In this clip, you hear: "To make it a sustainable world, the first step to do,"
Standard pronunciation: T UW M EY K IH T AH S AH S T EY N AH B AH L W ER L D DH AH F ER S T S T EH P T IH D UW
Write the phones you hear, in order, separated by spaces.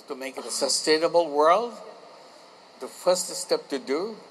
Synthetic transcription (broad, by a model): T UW M EY K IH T AH S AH S T EY N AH B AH L W ER L D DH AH F ER S T S T EH P T IH D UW